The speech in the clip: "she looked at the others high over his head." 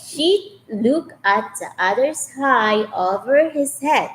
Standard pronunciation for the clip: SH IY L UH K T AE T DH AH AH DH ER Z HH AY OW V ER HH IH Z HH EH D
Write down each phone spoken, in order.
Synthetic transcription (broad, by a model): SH IY L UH K AE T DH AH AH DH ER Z HH AY OW V ER HH IH Z HH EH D